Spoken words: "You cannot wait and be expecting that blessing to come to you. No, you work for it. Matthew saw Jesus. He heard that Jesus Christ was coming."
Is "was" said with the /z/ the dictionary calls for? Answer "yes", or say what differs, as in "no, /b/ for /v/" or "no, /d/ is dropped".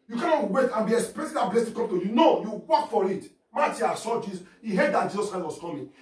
no, /s/ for /z/